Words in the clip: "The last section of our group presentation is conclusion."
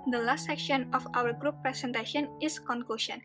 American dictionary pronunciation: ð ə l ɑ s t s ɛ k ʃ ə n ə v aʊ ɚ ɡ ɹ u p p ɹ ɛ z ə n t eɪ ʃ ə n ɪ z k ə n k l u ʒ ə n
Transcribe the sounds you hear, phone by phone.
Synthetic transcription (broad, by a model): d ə l ɑ s t s ɛ k ʃ ə n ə f aʊ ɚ ɡ ɹ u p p ɹ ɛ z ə n t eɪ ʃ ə n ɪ s k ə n k l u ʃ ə n